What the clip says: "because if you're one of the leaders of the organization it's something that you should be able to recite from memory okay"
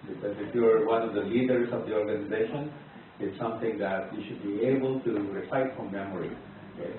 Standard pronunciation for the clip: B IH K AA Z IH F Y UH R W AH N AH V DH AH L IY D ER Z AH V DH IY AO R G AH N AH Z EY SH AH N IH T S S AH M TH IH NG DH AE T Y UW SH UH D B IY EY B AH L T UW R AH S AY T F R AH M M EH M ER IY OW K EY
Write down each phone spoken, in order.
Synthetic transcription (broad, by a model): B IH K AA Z IH F Y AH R W AH N AH V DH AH L IY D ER S AH V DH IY AO R G AH N AH Z EY SH AH N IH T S S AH M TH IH NG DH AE T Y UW SH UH D B IY EY B AH L T UW R AH S AY T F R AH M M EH M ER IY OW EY